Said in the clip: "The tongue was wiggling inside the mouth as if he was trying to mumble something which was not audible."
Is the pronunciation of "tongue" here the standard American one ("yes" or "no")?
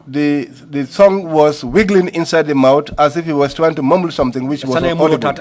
no